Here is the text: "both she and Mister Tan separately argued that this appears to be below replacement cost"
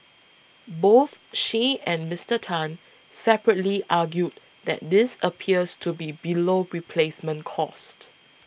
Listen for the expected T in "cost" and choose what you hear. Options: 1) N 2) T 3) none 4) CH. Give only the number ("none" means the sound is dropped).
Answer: 2